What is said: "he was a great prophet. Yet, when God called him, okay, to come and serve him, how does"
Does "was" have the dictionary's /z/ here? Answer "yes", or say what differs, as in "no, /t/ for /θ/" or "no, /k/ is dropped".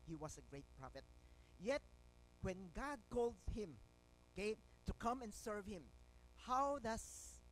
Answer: no, /s/ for /z/